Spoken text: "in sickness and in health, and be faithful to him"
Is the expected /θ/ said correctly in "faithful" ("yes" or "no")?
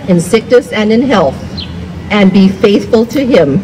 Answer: yes